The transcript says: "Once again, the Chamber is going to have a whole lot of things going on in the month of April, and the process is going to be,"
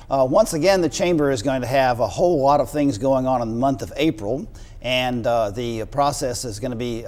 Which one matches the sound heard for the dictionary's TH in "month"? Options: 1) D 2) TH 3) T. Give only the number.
2